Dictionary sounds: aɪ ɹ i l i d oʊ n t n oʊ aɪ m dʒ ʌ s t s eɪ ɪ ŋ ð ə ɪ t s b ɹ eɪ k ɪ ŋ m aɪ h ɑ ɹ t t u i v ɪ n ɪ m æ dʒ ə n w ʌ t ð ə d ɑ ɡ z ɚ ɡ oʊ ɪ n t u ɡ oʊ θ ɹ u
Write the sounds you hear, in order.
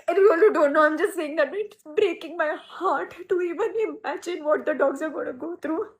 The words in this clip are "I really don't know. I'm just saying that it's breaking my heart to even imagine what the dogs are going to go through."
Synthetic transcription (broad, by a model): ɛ w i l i d oʊ n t n oʊ aɪ m dʒ ʌ s t s eɪ ɪ ŋ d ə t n b ɹ eɪ k ɪ ŋ m aɪ h ɑ ɹ t t u i v ɪ n ɪ m æ dʒ ə n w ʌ t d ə d ɑ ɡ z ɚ ɡ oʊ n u ɡ oʊ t ɹ u